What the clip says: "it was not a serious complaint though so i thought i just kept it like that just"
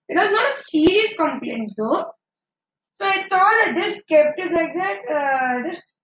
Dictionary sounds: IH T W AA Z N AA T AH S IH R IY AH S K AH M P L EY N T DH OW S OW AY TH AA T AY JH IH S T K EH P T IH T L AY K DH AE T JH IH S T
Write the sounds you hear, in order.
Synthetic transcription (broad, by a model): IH T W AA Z N AA T AH S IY R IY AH S K AH M P L EY N T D OW S OW AY T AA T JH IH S K EH P T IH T L AY K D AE T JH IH S